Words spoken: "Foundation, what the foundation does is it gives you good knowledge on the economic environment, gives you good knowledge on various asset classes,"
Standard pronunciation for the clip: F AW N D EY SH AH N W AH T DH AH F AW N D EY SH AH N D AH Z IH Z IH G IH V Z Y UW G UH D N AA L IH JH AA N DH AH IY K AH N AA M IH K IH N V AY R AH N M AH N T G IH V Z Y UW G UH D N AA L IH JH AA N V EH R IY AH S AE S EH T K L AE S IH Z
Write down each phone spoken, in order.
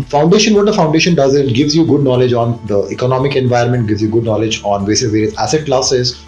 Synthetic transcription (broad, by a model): F AW N D EY SH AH N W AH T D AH F AW N D EY SH AH N D AH Z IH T G IH V Z Y UW G UH D N AA L IH JH AA N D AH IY K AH N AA M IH K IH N V AY AH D M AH N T G IH V Z Y UW G UH D N AA L IH JH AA N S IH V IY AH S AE S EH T K L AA S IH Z